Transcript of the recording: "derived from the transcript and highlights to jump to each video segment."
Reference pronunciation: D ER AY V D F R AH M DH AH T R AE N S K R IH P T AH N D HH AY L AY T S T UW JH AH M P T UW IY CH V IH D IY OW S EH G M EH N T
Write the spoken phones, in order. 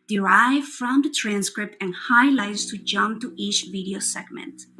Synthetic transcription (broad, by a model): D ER AY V F R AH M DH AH T R AE N S K R IH P T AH N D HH AY L AY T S T UW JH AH M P T UW IY CH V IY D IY OW S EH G M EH N T